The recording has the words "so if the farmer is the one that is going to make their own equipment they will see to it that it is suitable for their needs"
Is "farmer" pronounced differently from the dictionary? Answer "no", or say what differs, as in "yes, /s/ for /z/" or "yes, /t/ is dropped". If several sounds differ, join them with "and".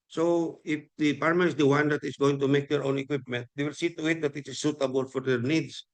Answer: yes, /p/ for /f/